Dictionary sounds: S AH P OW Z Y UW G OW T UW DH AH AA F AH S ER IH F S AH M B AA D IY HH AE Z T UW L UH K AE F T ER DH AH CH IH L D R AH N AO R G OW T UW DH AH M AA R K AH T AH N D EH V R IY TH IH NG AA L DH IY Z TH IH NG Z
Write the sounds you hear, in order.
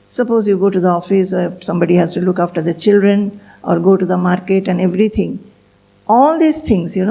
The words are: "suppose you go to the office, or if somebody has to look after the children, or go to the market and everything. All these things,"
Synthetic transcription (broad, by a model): S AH P OW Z Y UW G OW T UW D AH AA F AH S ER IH S AH M B AA D IY HH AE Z T UW L UH K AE F T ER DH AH CH IH L D R AH N AO R G OW T UW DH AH M AA R K AH T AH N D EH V R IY T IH NG AA L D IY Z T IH NG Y